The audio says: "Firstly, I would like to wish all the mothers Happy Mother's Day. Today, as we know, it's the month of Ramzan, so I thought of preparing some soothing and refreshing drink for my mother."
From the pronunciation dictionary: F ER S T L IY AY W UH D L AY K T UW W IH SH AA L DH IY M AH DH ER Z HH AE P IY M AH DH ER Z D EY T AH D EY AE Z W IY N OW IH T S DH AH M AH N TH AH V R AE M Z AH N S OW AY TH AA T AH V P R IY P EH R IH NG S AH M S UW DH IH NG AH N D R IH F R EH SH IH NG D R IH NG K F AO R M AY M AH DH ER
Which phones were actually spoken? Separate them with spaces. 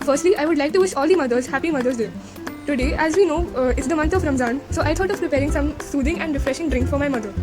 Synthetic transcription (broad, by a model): F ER S T L IY AY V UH D L AY K T UW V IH SH AA L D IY M AH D ER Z HH AE P IY M AH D ER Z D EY T AH D EY AE Z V IY N OW IH T S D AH M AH N T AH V R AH M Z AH N S OW AY T AA T AH V P R IY P EH R IH NG S AH M S UW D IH NG AH N D R IH F R EH SH IH NG D R IH NG K F AO R M AY M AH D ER